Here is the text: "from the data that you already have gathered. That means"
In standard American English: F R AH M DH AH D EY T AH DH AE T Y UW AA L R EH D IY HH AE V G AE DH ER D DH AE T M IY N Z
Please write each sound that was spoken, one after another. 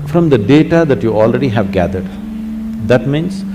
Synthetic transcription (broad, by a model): F R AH M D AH D EY T AH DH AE T Y UW AA L R EH D IY HH AE V G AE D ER D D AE T M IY N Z